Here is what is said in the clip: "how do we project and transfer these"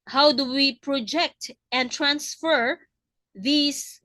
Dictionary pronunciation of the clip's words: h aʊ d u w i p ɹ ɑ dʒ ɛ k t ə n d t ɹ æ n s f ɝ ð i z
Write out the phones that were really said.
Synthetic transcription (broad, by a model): h aʊ d u w i p ɹ ɑ dʒ ɛ k t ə n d t ɹ æ n s f ɝ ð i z